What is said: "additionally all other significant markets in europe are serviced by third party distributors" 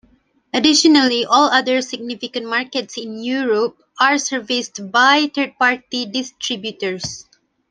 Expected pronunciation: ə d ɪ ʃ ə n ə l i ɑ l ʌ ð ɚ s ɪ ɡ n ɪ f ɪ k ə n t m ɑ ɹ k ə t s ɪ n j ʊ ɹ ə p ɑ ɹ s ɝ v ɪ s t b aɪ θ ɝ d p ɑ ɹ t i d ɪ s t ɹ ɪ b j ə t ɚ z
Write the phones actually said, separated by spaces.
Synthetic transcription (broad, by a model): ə d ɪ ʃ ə n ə l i ɑ l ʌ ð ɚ s ɪ ɡ n ɪ f ɪ k ə n t m ɑ ɹ k ə t s ɪ n j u ɹ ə p ɑ ɹ s ɝ v ɪ s t b aɪ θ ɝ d p ɑ ɹ t i d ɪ s t ɹ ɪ b j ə t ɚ s